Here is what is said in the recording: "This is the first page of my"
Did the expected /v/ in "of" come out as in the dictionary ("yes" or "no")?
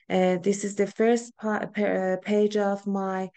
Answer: yes